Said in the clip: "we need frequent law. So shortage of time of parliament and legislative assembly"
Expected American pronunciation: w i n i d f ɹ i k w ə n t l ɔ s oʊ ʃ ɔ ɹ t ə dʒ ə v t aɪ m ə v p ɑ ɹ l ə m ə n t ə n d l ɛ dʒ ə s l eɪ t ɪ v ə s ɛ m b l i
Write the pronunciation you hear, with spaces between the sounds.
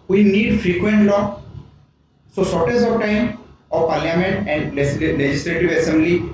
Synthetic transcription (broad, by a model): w i n i d f ɹ i k w ə n t l ɔ s oʊ s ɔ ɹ t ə z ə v t aɪ m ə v p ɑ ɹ l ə m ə n t ə n d l ɛ dʒ ə s l eɪ t ɪ v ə s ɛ m b l i